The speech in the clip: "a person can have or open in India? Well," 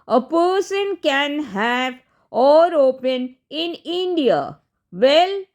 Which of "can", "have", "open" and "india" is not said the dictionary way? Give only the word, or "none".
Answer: none